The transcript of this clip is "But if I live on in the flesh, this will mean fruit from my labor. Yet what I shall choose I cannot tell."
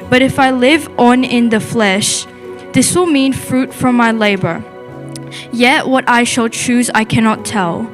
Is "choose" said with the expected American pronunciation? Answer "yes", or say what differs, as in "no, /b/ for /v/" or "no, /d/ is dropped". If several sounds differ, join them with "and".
yes